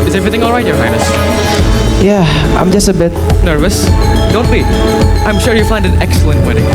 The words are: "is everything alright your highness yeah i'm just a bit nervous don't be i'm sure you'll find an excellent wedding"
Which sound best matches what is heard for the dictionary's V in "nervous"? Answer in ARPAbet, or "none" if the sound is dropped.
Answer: V